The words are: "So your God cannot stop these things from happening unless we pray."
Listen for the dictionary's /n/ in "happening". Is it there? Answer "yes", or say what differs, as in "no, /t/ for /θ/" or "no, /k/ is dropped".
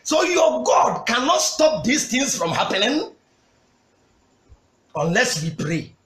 no, /l/ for /n/